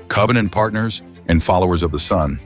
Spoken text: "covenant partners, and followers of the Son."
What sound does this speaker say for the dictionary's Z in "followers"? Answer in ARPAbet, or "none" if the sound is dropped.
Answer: Z